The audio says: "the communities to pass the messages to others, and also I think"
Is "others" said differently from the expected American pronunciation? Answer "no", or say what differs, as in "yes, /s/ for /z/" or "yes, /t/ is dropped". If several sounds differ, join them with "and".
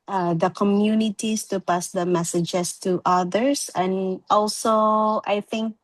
yes, /s/ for /z/